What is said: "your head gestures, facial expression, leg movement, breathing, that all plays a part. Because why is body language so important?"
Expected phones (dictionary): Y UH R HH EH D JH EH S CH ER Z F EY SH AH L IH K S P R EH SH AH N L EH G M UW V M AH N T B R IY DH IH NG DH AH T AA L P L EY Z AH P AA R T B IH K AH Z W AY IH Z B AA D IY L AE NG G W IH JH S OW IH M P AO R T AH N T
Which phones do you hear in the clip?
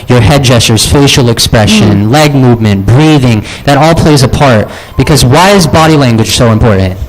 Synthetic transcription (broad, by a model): Y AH R HH EH D JH EH S CH ER Z F EY SH L IH K S P R EH SH AH N L EH G M UW V M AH N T B R IY DH IH NG DH AH T AA L P L EY Z AH P AA R T B IH K AH Z W AY IH Z B AA D IY L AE NG G W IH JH S OW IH M P AO R T N T